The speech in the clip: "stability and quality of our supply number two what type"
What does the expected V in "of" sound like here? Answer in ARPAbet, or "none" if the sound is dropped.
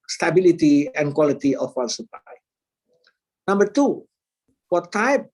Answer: W